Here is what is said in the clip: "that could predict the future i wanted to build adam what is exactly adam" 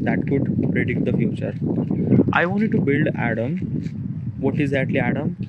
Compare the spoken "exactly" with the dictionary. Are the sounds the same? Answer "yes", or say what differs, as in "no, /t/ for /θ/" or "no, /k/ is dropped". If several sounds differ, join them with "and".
no, /k/ is dropped